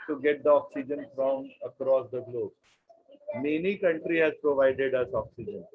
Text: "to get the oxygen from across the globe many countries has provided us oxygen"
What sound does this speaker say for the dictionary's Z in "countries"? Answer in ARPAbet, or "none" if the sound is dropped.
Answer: none